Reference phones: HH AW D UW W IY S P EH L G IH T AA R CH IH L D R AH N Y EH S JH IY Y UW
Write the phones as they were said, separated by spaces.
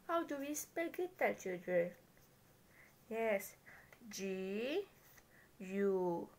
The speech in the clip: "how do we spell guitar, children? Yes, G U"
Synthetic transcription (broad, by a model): HH AW D UW W IY S P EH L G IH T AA L CH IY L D R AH N Y EH S JH IY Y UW